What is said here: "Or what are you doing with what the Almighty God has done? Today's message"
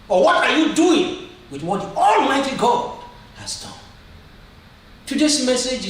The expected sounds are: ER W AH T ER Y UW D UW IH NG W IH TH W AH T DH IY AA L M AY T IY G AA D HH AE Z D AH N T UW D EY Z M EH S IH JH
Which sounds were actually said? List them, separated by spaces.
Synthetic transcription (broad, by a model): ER W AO T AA Y UW D UW IH NG W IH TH W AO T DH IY AA L M AY T IY G AA D HH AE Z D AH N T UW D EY S M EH S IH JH